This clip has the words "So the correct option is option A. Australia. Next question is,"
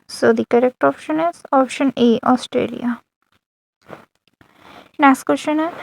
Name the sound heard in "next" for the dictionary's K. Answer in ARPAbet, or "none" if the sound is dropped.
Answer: none